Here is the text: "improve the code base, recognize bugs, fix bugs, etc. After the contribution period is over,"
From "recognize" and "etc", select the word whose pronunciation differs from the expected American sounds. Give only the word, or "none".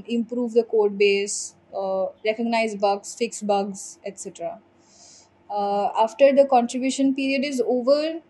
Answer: none